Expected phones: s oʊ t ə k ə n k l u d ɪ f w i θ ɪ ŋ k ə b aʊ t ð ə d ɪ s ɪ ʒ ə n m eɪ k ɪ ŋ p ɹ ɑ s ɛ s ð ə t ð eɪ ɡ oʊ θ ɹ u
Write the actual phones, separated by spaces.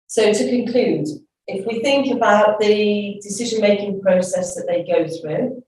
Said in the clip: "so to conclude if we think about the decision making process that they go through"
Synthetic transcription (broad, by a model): s oʊ t ə k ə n k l u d ɪ f w i θ ɪ ŋ k ə b aʊ t ð ə d ɪ s ɪ ʒ ə n m eɪ k ɪ ŋ p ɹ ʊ s ɛ s ð ə t ð eɪ ɡ oʊ θ ɹ u